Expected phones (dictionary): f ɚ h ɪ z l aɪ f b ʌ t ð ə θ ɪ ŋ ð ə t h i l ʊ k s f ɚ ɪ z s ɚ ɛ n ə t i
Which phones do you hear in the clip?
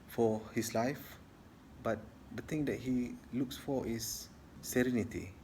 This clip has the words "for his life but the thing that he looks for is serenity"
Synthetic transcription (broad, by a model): f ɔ h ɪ s l aɪ f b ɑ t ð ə t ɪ ŋ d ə t h i l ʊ k s f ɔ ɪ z s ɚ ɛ n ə t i